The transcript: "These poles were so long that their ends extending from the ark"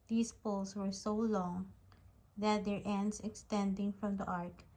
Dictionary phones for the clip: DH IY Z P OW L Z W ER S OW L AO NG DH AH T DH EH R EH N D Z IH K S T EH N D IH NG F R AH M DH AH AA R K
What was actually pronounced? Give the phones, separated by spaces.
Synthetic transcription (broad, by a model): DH IY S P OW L S W ER S OW L AO NG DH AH T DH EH R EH N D S IH K S T EH N D IH NG F R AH M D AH AA R K